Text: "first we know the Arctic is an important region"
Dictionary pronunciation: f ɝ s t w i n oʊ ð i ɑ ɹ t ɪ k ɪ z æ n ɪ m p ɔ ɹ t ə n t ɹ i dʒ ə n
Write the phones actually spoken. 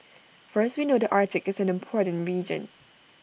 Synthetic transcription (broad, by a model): f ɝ s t w i n oʊ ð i ɑ ɹ t ɪ k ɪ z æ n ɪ m p ɔ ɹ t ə n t ɹ i dʒ ə n